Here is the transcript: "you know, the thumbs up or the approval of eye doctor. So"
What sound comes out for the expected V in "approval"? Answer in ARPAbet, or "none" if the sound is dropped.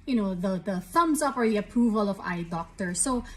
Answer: V